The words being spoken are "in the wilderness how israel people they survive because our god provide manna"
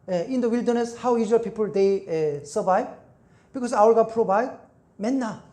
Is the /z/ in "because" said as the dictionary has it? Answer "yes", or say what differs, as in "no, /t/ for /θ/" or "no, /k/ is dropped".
no, /s/ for /z/